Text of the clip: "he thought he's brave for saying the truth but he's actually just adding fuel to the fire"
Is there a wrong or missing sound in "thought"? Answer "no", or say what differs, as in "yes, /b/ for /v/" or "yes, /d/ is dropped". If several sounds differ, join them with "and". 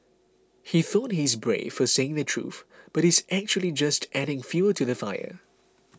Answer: no